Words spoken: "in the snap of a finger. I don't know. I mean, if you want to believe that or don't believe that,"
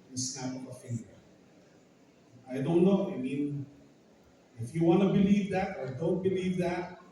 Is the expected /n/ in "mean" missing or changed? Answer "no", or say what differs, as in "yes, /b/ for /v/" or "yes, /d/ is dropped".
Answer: no